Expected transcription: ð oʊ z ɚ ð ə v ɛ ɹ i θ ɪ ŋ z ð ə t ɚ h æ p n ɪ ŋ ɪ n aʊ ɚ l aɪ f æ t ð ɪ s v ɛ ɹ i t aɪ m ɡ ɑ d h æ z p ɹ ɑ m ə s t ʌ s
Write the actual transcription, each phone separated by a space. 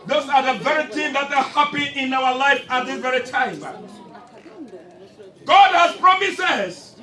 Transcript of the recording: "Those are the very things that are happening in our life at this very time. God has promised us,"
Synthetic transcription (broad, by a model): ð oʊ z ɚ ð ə v ɛ ɹ i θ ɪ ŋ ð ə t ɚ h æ p ɪ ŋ ɪ n aʊ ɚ l aɪ f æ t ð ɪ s v ɛ ɹ i t aɪ m ɡ ɑ d h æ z p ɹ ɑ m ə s ɛ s